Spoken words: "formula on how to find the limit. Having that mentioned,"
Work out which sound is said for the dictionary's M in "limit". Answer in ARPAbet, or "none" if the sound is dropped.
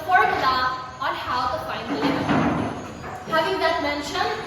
none